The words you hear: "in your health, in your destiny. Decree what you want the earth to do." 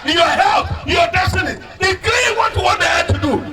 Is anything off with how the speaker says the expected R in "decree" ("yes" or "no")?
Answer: yes